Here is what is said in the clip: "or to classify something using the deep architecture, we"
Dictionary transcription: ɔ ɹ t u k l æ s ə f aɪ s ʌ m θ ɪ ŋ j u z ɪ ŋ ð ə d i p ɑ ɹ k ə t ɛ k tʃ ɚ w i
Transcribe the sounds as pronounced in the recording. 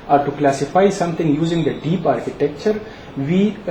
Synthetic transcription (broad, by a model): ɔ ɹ t u k l æ s ə f aɪ s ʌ m t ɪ ŋ j u z ɪ ŋ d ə d i p ɑ ɹ k ə t ɛ k tʃ ɚ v i